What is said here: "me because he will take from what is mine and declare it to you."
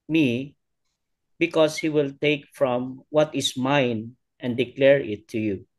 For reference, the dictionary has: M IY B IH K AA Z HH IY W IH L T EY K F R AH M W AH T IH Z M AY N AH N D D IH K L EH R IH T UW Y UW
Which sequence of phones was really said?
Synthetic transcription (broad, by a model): M IY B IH K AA S HH IY W IH L T EY K F R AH M W AH T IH S M AY N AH N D D IH K L EH R IH T UW Y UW